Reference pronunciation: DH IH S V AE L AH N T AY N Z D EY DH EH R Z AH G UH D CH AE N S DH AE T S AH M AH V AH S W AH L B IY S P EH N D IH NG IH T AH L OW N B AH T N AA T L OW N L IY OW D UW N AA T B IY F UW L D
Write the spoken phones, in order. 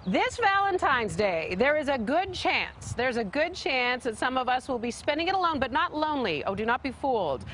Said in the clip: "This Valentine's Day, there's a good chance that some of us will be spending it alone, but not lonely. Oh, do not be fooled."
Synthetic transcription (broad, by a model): DH IH S V AE L AH N T AY N Z D EY DH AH R Z AH G UH D CH AE N S DH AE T S AH M AH V AH S W AH L B IY S P EH N D IH NG IH T AH L OW N B AH T N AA T L OW N L IY OW D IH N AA T B IY F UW L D